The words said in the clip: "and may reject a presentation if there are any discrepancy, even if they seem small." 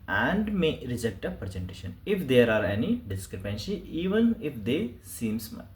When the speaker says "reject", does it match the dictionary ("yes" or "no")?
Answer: yes